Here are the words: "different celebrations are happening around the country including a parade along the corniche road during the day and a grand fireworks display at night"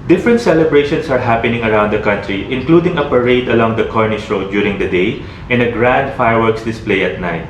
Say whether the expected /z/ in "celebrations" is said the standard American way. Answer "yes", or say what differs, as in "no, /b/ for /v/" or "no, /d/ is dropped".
no, /s/ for /z/